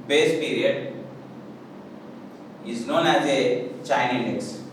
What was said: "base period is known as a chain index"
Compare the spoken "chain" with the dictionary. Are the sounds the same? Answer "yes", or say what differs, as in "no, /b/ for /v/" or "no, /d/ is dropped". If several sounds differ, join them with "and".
no, /n/ is dropped